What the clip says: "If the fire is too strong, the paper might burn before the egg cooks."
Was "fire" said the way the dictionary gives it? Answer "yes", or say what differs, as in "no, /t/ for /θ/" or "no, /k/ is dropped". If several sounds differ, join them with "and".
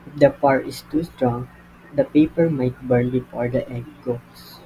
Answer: no, /p/ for /f/